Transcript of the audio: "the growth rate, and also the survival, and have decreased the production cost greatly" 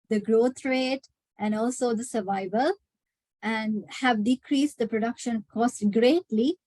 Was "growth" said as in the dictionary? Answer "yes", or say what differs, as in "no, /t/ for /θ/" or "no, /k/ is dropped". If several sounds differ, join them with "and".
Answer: no, /t/ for /θ/